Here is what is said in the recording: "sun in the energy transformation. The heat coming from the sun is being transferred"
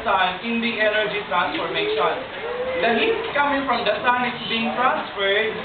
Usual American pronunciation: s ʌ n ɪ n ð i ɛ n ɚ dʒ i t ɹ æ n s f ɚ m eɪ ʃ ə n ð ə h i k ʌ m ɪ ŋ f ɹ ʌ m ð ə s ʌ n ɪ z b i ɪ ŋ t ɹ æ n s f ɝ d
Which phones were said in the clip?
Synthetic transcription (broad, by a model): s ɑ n ɪ n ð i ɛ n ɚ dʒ i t ɹ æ n s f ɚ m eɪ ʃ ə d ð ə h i k ʌ m ɪ ŋ f ɹ ʌ m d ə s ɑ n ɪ s b i ɪ ŋ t ɹ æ n s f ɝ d